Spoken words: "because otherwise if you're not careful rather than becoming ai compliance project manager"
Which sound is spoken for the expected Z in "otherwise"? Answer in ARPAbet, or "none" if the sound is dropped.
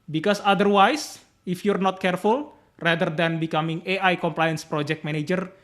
S